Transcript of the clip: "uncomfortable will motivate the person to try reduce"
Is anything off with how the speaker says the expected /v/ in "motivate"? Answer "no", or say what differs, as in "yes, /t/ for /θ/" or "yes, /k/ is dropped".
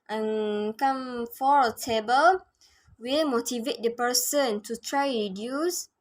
no